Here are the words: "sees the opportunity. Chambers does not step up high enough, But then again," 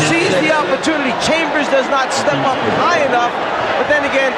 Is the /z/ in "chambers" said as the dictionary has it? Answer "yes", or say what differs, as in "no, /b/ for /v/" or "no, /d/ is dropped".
yes